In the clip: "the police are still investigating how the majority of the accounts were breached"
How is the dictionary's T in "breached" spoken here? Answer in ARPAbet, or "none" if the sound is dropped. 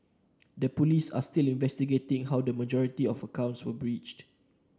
T